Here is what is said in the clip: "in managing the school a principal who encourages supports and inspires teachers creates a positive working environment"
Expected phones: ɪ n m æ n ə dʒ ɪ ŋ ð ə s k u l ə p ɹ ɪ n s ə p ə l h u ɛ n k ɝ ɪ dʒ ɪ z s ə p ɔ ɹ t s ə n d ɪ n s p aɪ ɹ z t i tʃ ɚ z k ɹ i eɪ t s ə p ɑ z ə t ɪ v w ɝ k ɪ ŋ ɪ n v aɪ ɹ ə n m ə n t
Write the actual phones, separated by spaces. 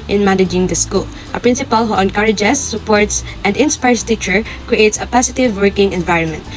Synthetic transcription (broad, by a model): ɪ n m æ n ə dʒ ɪ ŋ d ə s k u l ə p ɹ ɪ n s ə p ə l h u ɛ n k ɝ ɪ dʒ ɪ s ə p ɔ ɹ t s ə n d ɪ n s p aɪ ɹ s t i tʃ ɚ k ɹ i eɪ t s ə p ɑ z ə t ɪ v w ɝ k ɪ ŋ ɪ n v aɪ ɹ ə n m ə n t